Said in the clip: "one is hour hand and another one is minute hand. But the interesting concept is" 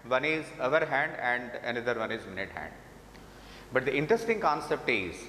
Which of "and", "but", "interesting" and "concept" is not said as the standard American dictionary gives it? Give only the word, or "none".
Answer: none